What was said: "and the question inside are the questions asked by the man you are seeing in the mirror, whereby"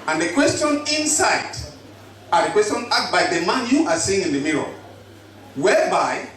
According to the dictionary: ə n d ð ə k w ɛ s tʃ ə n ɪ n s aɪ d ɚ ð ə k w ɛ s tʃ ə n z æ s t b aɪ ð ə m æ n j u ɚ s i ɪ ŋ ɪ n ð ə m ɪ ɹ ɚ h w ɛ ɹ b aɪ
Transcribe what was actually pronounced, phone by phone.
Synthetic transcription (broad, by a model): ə n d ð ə k w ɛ s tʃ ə n ɪ n s aɪ d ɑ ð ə k w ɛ s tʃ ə n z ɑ t b aɪ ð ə m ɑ n j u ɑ s i ɪ ŋ ɪ n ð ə m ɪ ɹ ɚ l w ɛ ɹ b aɪ